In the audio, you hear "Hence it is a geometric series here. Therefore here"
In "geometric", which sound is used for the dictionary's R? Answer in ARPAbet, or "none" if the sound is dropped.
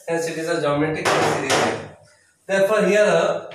none